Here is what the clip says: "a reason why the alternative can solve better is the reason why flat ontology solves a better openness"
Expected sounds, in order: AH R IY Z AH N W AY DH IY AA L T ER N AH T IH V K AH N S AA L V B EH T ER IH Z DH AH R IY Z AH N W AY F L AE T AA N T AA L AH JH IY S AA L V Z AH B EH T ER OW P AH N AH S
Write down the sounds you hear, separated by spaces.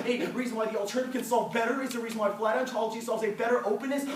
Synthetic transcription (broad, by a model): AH R IY Z AH N W AY DH IY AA L T ER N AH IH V K AH N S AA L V B EH T ER IH Z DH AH R IY Z AH N W AY F L AE T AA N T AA L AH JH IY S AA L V Z AH B EH T ER OW P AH N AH S